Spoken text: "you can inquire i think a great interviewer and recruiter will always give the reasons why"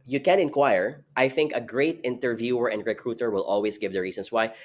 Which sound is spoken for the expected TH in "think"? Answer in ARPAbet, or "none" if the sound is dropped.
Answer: TH